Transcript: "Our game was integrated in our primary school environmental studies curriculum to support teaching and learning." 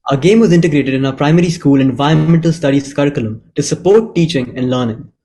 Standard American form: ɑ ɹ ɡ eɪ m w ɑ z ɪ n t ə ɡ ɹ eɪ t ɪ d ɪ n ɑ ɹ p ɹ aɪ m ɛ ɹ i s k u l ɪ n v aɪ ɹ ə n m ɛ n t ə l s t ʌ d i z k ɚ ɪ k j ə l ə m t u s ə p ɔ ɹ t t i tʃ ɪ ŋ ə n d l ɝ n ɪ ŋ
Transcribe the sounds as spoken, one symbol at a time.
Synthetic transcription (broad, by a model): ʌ ɡ eɪ m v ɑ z ɪ n t ə ɡ ɹ eɪ t ɪ d ɪ n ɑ p ɹ aɪ m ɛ ɹ i s k u l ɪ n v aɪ ə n m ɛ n t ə l s t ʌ d i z k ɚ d k j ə l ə m t u s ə p ɔ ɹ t t i tʃ ɪ ŋ ə n d l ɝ n ɪ ŋ